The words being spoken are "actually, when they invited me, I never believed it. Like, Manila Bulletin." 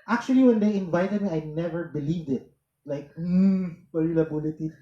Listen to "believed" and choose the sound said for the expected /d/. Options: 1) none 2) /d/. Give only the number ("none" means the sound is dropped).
2